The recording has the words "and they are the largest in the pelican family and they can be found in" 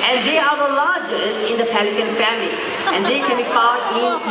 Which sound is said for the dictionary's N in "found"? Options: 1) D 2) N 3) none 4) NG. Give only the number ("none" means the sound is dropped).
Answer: 3